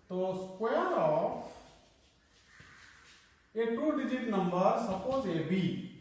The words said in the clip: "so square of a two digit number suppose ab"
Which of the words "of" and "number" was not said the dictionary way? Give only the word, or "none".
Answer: of